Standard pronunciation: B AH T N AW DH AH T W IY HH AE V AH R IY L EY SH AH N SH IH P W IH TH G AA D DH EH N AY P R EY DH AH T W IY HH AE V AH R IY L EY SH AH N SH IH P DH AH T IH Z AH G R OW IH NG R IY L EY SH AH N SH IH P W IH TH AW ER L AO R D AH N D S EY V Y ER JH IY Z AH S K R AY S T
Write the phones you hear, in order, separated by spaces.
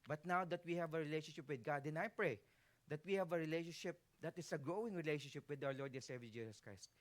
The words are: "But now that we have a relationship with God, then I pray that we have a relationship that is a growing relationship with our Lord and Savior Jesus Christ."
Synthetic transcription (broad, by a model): B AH T N AW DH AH T W IY HH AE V AH R IY L EY SH AH N SH IH P W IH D G AA D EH N AY P R EY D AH T W IY HH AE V AH R IY L EY SH AH N SH IH P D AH T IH S AH G R OW IH NG R IY L EY SH AH N SH IH P W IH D AW ER L AO R D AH N S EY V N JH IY S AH S K R AY S T